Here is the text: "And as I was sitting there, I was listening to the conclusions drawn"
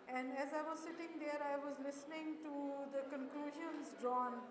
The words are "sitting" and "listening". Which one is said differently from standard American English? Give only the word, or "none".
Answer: none